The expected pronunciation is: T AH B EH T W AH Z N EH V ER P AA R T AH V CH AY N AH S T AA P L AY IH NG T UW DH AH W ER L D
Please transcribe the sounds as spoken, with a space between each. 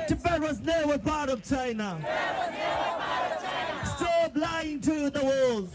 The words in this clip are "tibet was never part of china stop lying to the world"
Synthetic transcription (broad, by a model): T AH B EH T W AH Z N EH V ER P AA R T AH V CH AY N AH S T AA B L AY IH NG T UW DH AH W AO L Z